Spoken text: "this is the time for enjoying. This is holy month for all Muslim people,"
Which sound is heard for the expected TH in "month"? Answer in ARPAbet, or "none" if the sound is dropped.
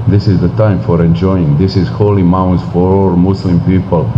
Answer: S